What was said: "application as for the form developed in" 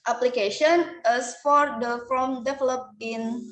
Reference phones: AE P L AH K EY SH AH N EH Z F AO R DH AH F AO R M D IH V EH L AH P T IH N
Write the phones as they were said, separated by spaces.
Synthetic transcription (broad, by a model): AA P L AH K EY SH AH N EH S F AO R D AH F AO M D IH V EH L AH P IH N